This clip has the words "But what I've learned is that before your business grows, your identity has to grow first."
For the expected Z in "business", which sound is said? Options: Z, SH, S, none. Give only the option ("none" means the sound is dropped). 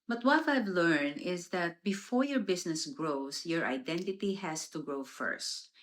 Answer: S